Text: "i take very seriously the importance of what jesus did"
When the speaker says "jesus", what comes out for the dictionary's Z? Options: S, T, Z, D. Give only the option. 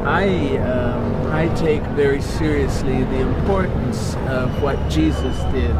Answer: Z